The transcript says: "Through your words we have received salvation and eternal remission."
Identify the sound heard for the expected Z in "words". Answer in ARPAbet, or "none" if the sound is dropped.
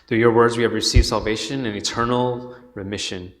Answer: Z